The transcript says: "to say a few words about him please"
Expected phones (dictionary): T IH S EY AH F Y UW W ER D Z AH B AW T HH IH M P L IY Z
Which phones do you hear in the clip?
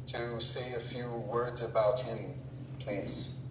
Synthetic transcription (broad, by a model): T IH S EY AH F Y UW W ER D Z AH B AW T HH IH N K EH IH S